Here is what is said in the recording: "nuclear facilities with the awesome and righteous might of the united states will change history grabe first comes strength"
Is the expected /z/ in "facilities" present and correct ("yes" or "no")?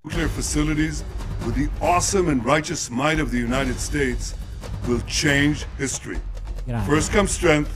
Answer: yes